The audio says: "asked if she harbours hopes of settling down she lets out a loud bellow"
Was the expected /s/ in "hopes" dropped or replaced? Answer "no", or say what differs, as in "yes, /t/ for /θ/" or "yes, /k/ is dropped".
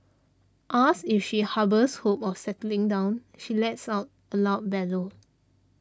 yes, /s/ is dropped